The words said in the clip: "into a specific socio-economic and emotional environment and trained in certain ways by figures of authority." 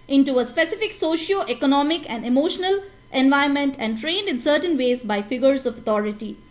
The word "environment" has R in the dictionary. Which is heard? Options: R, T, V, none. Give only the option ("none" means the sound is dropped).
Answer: none